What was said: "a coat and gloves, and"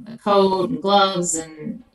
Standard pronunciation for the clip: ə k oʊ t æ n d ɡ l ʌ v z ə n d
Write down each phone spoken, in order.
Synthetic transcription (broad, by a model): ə k oʊ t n ɡ l ʌ v z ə n